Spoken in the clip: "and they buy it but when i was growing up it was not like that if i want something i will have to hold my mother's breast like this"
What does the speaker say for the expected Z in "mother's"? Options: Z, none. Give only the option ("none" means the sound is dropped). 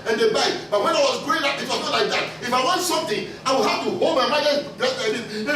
none